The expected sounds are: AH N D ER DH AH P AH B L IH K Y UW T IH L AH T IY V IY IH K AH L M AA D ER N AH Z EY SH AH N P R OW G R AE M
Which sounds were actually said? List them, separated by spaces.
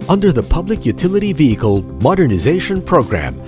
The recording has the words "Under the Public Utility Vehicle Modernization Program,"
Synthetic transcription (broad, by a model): AH N D ER DH AH P AH B L IH K Y UW T IH L AH T IY V IY IH K AH L M AA D ER N AH Z EY SH AH N P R OW G R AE M